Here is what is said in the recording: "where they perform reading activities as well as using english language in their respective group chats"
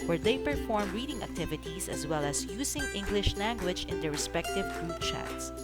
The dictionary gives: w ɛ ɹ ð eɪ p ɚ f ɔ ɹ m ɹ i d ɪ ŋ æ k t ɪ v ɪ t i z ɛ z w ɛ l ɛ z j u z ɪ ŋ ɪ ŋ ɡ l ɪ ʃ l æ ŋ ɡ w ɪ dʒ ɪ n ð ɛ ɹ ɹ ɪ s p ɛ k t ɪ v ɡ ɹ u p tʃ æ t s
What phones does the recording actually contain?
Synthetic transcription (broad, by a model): w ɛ ɹ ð eɪ p ɚ f ɔ ɹ m ɹ i d ɪ ŋ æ k t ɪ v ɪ t i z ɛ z w ɛ l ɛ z j u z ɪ ŋ ɪ ŋ ɡ l ɪ ʃ l æ ŋ ɡ w ɪ dʒ ɪ n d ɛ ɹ ɹ ɪ s p ɛ k t ɪ v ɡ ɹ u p tʃ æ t s